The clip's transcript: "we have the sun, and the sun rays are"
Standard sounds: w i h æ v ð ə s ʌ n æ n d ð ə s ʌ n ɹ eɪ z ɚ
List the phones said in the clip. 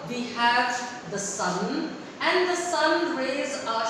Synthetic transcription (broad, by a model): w i h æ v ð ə s ʌ n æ n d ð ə s ʌ n ɹ eɪ z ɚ